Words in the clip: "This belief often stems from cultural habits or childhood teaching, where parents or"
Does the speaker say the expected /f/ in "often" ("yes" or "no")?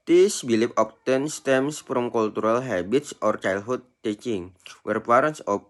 no